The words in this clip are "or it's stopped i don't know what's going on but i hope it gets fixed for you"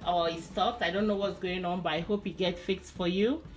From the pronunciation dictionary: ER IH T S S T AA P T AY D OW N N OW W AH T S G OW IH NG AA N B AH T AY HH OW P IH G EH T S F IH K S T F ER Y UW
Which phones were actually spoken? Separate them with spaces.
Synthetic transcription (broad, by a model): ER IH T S S T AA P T AY D OW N N OW W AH T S G OW IH NG AA N B AH T AY HH OW P IH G EH T F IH K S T F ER Y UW